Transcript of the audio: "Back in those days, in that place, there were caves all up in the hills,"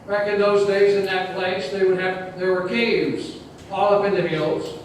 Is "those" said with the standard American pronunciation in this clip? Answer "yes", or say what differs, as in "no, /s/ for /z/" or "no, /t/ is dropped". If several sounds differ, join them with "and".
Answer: yes